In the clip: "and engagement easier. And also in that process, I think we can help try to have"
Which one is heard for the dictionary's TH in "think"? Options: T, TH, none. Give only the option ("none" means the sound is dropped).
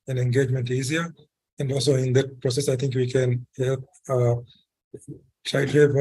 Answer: T